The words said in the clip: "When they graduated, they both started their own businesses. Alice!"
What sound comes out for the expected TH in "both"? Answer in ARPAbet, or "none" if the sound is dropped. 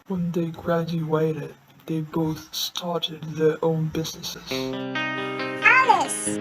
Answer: TH